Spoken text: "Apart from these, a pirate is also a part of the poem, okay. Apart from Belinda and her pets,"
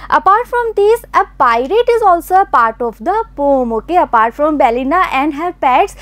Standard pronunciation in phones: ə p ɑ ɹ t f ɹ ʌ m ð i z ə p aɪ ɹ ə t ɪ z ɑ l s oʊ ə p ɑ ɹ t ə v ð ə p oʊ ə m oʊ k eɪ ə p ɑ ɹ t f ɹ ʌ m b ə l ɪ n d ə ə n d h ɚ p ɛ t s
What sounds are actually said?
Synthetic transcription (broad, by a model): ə p ɑ ɹ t f ɹ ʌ m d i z ə p aɪ ɹ ə t ɪ z ɑ l s oʊ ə p ɑ ɹ t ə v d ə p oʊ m oʊ k eɪ ə p ɑ ɹ t f ɹ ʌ m b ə l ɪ n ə ə n d h ɚ p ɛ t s